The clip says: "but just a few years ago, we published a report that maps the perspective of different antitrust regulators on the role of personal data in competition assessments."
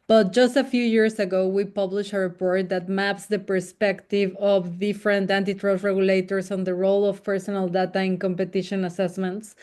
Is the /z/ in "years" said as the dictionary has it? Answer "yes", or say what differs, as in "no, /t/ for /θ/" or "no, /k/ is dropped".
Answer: no, /s/ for /z/